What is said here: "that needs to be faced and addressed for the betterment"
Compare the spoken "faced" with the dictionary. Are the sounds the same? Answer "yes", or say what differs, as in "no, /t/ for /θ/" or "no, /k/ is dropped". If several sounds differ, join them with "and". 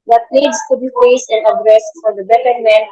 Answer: no, /t/ is dropped